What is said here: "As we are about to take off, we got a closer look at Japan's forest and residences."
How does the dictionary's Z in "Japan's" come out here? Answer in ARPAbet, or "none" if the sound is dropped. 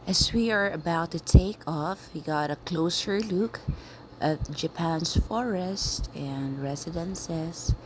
S